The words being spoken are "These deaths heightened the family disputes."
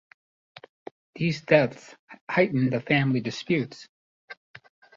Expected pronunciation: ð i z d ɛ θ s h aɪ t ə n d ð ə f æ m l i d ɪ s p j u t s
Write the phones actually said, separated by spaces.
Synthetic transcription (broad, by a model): ð i z d ɛ θ s h aɪ t n ð ə f æ m l i d ɪ s p j u t s